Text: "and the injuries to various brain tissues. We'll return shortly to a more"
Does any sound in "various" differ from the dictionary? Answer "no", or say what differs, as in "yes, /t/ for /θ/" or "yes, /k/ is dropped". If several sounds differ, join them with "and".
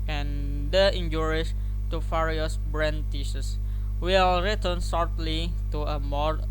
yes, /f/ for /v/